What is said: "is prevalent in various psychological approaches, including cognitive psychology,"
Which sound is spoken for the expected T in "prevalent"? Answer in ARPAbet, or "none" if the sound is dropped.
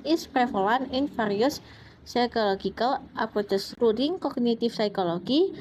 none